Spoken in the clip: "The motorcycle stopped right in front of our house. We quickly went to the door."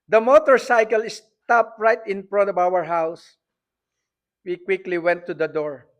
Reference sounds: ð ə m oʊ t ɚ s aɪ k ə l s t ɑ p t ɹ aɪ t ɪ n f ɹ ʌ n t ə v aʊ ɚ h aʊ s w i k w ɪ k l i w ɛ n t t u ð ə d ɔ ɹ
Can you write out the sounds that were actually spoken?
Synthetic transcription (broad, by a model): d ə m oʊ t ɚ s aɪ k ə l s t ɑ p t ɹ aɪ t ɪ n p ɹ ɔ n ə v aʊ ɚ h aʊ s w i k w ɪ k l i w ɛ n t t u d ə d ɔ ɹ